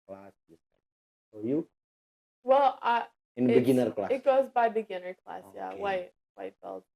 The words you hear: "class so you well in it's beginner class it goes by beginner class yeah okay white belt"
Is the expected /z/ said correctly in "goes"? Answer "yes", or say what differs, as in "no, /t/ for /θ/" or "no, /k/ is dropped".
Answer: yes